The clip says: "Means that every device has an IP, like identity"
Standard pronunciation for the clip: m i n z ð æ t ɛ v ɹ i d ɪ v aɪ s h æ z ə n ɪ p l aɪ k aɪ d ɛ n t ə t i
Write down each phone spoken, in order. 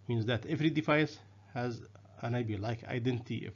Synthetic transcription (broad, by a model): m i n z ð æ t ɛ v ɹ i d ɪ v aɪ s h æ z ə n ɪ b l aɪ k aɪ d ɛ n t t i